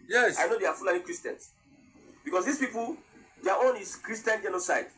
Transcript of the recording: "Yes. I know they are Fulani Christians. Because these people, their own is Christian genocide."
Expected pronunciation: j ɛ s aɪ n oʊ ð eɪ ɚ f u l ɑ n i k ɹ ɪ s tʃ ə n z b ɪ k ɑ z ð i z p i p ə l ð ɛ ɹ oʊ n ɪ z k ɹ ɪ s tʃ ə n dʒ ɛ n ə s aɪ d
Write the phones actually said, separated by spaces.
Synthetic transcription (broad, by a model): j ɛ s aɪ n oʊ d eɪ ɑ f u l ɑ i k ɹ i s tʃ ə n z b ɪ k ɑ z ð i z p i p ə l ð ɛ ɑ oʊ n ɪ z k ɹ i s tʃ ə n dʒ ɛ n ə s aɪ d